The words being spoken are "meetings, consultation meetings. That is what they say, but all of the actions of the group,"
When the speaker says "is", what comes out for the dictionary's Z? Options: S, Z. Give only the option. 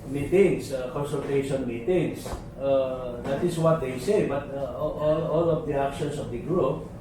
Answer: S